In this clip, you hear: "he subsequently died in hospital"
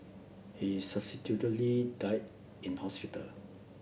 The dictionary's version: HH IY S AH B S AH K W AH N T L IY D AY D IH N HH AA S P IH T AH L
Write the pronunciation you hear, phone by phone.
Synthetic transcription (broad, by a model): HH IY S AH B S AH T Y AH T L IY D AY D IH N HH AA S P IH T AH L